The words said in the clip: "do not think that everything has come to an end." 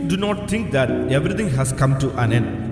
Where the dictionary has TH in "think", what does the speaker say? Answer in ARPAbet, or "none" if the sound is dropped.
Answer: T